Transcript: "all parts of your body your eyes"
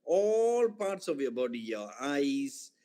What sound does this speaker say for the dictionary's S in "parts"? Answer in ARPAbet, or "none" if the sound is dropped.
S